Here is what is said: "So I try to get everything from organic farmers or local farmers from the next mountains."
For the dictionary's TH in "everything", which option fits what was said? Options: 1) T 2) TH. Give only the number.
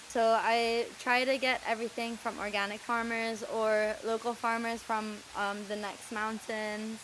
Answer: 2